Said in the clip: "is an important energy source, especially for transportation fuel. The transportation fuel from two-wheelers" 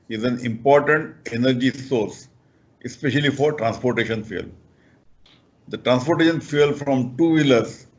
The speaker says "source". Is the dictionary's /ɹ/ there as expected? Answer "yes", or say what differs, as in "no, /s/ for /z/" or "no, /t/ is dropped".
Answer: yes